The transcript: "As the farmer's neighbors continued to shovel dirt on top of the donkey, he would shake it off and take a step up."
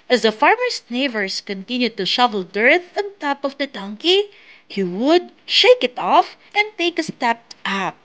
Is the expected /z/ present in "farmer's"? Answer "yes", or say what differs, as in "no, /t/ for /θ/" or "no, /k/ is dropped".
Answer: no, /s/ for /z/